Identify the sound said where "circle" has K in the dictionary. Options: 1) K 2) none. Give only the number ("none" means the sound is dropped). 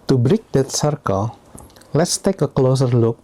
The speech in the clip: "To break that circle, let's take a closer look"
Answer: 1